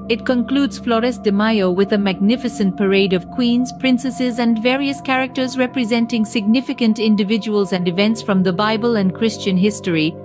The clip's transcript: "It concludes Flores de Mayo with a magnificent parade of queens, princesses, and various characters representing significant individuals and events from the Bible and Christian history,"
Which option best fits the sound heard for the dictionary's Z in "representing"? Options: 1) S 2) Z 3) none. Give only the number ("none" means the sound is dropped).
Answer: 2